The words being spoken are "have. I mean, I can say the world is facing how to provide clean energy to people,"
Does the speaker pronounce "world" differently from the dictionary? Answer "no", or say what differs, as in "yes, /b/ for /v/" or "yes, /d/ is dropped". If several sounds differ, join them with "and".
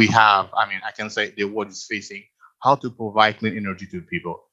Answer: yes, /l/ is dropped